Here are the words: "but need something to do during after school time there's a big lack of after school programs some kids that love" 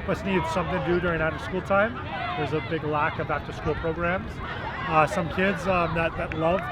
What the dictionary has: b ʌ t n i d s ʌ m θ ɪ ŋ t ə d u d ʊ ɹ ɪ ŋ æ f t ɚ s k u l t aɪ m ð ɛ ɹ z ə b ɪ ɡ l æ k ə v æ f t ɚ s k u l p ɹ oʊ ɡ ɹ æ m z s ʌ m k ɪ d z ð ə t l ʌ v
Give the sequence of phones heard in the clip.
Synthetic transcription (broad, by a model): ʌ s n i d s ʌ m θ ɪ ŋ d u d ʊ ɹ ɪ ŋ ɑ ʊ t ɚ s k u l t aɪ m ð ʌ ɹ z ə b ɪ ɡ l æ k ə v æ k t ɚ s k u l p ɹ oʊ ɡ ɹ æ m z s ʌ m k ɪ d z ð ə t l ʌ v